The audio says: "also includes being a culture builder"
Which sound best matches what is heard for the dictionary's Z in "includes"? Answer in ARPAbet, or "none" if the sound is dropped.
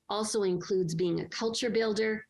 Z